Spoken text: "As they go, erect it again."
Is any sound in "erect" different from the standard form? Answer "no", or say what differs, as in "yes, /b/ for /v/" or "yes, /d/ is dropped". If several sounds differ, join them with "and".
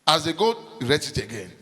yes, /k/ is dropped